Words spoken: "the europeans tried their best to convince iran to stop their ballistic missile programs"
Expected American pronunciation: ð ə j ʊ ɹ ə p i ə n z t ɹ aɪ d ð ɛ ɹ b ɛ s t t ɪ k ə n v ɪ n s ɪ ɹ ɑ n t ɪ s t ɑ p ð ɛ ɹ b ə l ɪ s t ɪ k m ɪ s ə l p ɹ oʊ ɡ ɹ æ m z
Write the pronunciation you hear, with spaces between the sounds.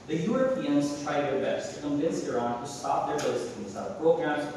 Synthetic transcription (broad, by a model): ð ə j ʊ ɹ ə p i ə n z t ɹ aɪ d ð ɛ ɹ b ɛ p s t ɪ k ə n v ɪ n s ɪ ɹ ɑ n t ɪ s t ɑ p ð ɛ ɹ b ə ɪ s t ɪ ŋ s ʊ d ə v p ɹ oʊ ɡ ɹ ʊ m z